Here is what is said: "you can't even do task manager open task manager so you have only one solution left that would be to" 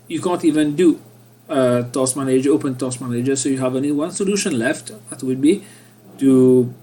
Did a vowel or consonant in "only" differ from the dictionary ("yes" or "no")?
yes